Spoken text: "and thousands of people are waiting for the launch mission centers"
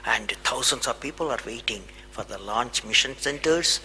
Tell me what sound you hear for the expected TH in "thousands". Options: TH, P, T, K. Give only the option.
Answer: T